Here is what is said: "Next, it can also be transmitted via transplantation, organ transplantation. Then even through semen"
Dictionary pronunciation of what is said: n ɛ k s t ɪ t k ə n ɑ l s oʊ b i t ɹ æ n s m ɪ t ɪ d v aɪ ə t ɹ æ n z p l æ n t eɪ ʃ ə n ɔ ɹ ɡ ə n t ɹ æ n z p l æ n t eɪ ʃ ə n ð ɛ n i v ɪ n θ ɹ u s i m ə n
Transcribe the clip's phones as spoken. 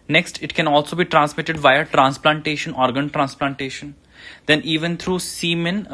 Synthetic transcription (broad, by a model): n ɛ k s t ɪ t k ə n ɑ l s oʊ b i t ɹ æ n s m ɪ t ɪ d v aɪ ə t ɹ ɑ n s p l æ n t eɪ ʃ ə n ɔ ɹ ɡ ə n t ɹ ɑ n s p l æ n t eɪ ʃ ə n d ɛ n i v ɪ n t ɹ u s i m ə n